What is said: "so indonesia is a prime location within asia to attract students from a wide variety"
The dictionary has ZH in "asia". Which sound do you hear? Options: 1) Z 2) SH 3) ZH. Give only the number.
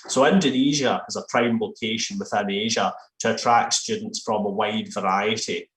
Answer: 3